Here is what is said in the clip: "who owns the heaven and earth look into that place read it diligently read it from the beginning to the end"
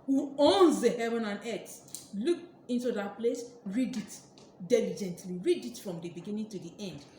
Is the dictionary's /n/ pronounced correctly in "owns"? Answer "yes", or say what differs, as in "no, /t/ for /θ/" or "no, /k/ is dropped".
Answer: yes